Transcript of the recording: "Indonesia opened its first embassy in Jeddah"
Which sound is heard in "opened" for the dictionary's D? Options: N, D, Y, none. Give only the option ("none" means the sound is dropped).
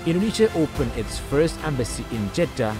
none